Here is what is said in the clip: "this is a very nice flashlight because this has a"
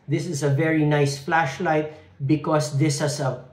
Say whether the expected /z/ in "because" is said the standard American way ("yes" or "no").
no